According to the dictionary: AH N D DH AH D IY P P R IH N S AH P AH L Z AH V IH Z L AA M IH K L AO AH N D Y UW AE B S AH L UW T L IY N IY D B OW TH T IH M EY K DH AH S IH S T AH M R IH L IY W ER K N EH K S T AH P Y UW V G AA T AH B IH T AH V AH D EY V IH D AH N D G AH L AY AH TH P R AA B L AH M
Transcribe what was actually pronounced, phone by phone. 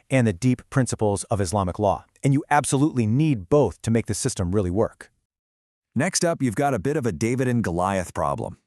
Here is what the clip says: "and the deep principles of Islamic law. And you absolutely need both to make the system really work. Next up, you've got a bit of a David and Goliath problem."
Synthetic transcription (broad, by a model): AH N DH AH D IY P P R IH N S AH P L Z AH V IH Z L AA M IH K L AO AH N Y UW AE B S AH L UW T L IY N IY D B OW TH T IH M EY K DH AH S IH S T AH M R IH L IY W ER K N EH K S T AH P Y UW V G AA T AH B IH T AH V AH D EY V IH D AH N G AH L AY AH TH P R AA B L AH M